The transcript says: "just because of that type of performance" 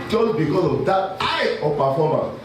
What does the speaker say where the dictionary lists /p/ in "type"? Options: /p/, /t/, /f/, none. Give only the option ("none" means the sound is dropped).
none